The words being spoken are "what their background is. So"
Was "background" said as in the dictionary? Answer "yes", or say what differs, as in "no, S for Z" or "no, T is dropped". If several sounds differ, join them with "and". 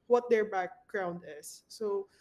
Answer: yes